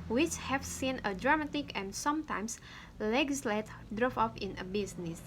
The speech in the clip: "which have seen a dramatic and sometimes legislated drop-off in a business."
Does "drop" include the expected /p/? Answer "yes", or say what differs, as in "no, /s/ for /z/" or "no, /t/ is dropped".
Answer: no, /f/ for /p/